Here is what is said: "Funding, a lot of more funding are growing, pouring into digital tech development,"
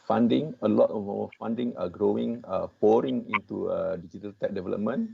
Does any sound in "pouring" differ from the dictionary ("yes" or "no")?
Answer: no